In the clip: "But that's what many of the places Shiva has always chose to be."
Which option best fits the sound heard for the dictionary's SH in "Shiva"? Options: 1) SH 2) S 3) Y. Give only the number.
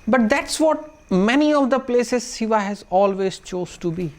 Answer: 2